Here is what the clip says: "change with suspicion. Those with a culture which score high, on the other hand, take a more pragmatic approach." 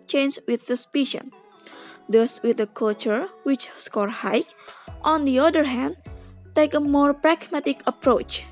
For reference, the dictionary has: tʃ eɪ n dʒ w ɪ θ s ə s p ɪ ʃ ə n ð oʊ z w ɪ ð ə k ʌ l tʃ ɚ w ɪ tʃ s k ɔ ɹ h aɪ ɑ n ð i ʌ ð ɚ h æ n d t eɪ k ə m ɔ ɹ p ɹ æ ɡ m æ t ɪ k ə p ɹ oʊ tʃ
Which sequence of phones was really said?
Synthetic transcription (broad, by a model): tʃ eɪ n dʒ w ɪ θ s ə s p ɪ ʃ ə n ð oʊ s w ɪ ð ə k ʌ l tʃ ɚ w ɪ tʃ s k ɔ ɹ h aɪ ɑ n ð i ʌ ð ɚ h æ n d t eɪ k ə m ɔ ɹ p ɹ æ ɡ m æ t ɪ k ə p ɹ oʊ tʃ